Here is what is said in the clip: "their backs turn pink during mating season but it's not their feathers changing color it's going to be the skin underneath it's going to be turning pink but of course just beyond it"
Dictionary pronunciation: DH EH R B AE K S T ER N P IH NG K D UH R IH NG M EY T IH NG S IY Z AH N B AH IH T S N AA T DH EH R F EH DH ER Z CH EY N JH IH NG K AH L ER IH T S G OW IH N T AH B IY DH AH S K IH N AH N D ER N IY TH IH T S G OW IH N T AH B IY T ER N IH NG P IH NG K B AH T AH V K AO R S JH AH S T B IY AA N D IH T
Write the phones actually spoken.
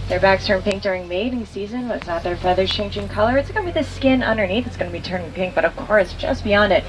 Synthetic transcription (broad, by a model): DH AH R B AE K S T ER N P IH NG K D UH R IH NG M EY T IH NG S IY Z AH N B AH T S N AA T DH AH R F EH DH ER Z CH EY N JH IH NG K AH L ER IH T S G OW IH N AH B IY DH AH S K IH N AH N D ER N IY TH IH T S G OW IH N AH B IY T ER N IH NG P IH NG K B AH T AH V K AO R S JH AH S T B IY AA N D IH T